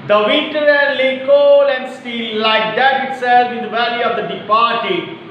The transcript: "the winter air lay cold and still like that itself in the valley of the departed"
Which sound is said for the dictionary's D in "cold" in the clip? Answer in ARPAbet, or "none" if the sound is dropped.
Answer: none